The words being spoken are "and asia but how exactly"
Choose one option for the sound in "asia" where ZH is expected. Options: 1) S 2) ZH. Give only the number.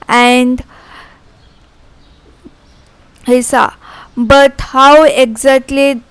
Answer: 1